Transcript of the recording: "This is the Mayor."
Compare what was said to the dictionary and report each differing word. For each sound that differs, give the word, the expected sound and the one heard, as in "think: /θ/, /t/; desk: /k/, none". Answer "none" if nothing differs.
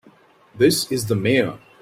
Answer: none